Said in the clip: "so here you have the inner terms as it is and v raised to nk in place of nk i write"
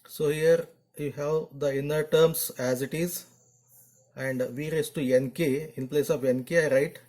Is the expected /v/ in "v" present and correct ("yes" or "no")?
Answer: yes